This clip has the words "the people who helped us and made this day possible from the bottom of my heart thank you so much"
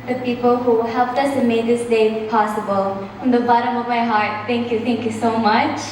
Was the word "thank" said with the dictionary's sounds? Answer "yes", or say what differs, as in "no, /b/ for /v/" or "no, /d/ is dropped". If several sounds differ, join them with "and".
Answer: no, /t/ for /θ/